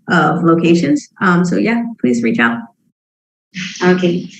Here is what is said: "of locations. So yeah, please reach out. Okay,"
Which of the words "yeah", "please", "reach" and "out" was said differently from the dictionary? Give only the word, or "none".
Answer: none